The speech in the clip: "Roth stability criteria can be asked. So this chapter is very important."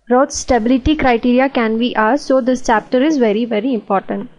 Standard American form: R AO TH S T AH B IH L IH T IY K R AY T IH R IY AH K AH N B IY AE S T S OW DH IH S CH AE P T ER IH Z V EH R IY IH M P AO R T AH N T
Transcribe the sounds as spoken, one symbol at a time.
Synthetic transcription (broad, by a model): R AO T S T AH B IH L IH T IY K R AY T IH R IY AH K AH N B IY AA T S OW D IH S CH AE P T ER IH Z V EH R IY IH M P AO R T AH N T